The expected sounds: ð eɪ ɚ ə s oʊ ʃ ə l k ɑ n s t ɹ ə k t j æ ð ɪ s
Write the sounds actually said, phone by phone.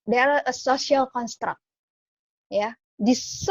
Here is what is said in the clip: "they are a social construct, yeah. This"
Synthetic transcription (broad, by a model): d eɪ ɚ ə s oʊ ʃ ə l k ɑ n s t ɹ ə k t j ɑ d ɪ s